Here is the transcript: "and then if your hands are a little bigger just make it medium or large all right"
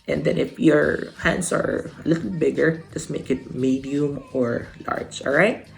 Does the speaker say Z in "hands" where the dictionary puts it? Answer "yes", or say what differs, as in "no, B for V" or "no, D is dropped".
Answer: no, S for Z